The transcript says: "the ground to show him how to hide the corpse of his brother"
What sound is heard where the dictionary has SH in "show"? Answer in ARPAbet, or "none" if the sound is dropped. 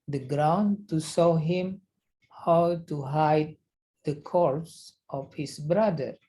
S